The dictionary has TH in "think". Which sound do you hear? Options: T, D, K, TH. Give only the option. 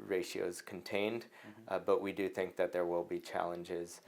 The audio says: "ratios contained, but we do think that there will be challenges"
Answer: TH